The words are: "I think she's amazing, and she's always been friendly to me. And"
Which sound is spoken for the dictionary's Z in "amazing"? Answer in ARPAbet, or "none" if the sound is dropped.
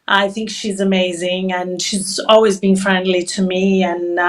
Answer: Z